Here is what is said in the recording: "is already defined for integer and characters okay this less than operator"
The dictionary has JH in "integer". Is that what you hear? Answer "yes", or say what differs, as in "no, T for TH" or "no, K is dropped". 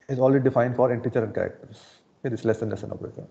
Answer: no, CH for JH